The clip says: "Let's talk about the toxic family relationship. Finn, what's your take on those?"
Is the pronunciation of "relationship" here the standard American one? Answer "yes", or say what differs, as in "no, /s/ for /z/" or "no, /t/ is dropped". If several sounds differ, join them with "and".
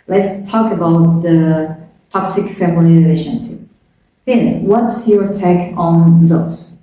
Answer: no, /l/ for /ɹ/ and /s/ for /ʃ/